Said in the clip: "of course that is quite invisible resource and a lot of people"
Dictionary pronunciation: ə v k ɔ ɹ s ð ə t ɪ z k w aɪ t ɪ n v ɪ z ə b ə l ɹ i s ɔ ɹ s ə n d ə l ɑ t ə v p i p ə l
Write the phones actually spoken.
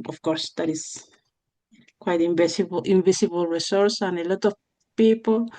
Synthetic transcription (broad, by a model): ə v k ɔ ɹ s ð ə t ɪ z k w aɪ t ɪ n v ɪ s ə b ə l ɹ i s ɔ ɹ s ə n ə l ɑ t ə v p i p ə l